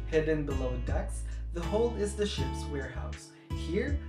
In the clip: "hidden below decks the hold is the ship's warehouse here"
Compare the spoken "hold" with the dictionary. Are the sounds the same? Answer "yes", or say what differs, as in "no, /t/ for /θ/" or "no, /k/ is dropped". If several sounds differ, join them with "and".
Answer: no, /d/ is dropped